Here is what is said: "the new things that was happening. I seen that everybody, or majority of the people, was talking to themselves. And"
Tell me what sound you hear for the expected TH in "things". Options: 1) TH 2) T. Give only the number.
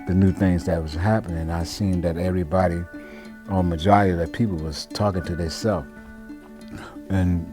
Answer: 1